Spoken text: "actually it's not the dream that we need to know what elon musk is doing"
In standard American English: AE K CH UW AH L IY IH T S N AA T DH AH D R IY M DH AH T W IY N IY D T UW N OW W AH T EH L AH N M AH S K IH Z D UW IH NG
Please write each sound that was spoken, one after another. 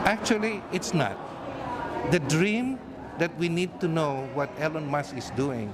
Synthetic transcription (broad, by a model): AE K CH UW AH L IY IH T S N AA T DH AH D R IY M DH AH T W IY N IY D T UW N OW W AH T EH L AH N M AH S IH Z D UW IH NG